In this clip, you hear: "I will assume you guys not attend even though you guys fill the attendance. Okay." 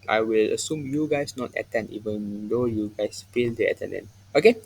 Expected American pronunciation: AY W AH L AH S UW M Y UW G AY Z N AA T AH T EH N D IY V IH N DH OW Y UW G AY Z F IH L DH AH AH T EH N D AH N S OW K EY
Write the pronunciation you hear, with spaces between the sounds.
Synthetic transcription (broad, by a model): AY W AH L AH S UW M Y UW G AY S N AA T AH T EH N D IY V IH N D OW Y UW G AY S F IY L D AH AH T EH N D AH N OW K EY